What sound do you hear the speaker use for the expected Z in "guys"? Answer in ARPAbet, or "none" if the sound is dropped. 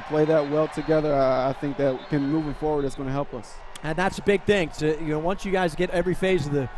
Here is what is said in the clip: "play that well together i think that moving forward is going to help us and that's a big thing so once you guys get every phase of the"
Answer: Z